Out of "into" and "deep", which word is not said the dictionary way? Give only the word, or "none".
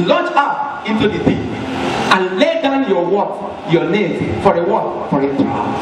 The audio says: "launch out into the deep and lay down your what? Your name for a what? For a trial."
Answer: deep